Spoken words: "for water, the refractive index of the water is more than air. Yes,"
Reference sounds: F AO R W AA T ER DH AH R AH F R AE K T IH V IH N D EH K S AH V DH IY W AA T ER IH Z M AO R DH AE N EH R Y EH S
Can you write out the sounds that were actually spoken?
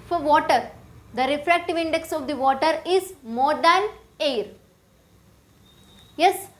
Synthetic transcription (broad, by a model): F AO R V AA T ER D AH R AH F R AE K T IH V IH N D EH K S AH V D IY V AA T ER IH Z M AO R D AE N EH R Y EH S